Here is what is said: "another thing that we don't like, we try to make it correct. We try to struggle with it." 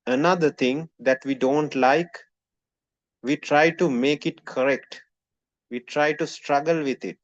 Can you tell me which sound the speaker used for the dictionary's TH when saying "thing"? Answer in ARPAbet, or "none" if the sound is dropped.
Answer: T